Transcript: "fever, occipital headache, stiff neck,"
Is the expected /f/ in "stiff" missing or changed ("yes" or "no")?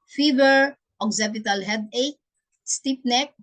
yes